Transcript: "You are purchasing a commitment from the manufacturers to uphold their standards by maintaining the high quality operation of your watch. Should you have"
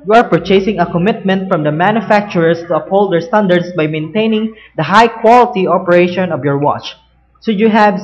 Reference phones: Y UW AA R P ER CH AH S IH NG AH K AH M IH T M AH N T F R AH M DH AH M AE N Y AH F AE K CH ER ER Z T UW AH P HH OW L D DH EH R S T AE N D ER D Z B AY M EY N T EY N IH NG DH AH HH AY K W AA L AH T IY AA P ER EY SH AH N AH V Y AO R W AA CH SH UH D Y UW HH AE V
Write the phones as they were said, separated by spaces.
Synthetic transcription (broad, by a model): Y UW AA R P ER CH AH S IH NG AH K AH M IH T M AH N T F R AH M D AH M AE N Y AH F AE K CH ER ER S T UW AH P HH OW L D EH R S T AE N D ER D S B AY M EY N T EY N IH NG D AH HH AY K W AA L AH T IY AA P ER EY SH AH N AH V Y AO R W AA CH S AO Y UW HH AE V